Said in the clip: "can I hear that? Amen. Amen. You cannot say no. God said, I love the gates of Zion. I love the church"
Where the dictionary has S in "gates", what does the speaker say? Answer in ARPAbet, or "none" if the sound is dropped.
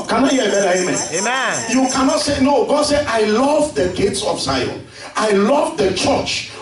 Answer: S